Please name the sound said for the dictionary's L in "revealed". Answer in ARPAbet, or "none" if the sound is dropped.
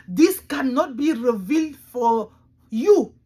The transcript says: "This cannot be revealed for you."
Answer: L